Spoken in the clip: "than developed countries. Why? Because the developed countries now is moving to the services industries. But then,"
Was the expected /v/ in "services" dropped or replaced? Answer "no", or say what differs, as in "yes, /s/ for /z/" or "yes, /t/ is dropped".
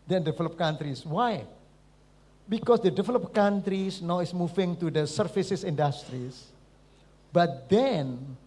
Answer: yes, /f/ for /v/